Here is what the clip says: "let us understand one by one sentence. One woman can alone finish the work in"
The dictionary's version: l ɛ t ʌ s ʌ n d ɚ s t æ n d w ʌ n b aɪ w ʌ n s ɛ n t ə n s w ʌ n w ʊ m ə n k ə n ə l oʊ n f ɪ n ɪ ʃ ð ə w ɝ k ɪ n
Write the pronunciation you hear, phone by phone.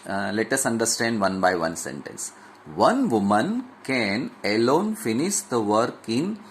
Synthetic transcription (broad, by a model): l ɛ t ʌ s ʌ n d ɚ s t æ n d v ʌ n b aɪ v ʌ n s ɛ n t ə n s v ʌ n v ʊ m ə n k ə n ə l oʊ n f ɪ n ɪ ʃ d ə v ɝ k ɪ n